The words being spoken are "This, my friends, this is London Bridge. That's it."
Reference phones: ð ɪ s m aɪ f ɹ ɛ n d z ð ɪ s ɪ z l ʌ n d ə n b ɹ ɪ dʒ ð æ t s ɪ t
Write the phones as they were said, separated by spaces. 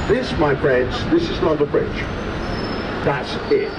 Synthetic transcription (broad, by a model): ð ɪ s m aɪ f ɹ ɛ n d z ð ɪ s ɪ z n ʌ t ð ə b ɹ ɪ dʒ ð æ t s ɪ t